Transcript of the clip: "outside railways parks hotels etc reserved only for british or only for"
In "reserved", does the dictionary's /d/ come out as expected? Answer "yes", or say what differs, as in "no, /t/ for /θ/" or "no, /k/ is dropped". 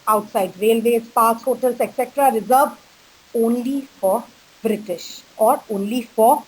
no, /d/ is dropped